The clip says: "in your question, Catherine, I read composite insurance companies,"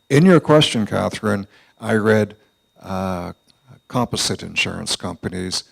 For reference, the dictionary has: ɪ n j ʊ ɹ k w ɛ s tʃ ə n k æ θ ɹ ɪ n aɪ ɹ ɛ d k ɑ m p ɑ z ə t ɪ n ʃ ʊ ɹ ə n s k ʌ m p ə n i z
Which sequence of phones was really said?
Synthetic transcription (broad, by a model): ɪ n j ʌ ɹ k w ɛ s tʃ ə n k æ θ ɹ ɪ n aɪ ɹ ɛ d k ɑ m p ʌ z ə t ɪ n ʃ ʊ ɹ ə n s k ʌ m p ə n i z